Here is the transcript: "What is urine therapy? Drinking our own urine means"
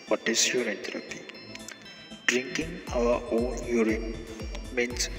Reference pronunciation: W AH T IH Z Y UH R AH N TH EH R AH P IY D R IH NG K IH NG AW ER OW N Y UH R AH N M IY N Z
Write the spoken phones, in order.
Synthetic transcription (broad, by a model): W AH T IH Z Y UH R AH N T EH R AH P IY D R IH NG K IH NG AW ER OW N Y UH R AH M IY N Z